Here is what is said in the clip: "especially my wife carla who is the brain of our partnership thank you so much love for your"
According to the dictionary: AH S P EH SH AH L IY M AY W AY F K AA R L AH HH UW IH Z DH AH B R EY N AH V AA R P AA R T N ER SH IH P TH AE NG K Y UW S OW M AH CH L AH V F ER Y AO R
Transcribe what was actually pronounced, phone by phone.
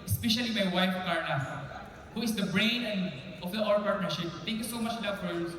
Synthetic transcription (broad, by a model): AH S P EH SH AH L IY M AY W AY F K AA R N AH HH UW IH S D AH B R EY N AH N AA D P AA R T N ER SH IH P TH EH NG K Y UW S OW M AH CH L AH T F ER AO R